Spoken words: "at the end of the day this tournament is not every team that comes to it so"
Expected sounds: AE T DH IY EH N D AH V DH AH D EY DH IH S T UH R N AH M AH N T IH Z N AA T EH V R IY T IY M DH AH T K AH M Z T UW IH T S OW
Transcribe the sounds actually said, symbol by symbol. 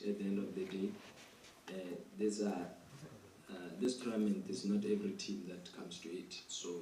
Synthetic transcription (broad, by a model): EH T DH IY EH N D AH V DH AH D EY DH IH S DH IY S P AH M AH N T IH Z N AA T EH V R IY T IY M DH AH T K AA M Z T UW IH T S OW